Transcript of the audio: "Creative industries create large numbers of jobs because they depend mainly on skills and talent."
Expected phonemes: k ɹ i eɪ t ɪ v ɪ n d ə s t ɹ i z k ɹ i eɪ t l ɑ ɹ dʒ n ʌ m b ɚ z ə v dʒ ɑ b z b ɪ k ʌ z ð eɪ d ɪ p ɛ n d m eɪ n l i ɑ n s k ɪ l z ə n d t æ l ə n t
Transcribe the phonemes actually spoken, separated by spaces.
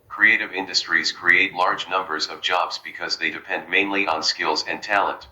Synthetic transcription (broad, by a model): k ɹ i eɪ t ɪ v ɪ n d ə s t ɹ i z k ɹ i eɪ t l ɑ ɹ dʒ n ʌ m b ɚ z ə v dʒ ɑ b z b ɪ k ʌ z ð eɪ d ɪ p ɛ n d m eɪ n l i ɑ n s k ɪ l z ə n t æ l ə n t